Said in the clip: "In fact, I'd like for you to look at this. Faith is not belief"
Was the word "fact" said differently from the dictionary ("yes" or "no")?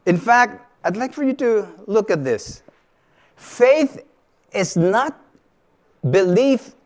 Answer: no